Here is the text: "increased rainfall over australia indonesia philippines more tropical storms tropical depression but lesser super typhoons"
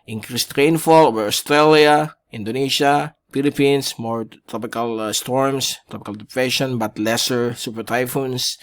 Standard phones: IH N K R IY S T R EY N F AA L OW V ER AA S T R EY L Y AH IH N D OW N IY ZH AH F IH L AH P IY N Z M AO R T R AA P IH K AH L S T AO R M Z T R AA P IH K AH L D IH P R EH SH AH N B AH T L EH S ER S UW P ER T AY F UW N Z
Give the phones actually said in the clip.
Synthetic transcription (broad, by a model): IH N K R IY S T R EY N F AA L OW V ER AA S T R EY L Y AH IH N D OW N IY SH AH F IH L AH P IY N S M AO R T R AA P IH K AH L S T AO R M S T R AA P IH K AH L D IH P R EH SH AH N B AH T L EH S ER S UW P ER T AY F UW N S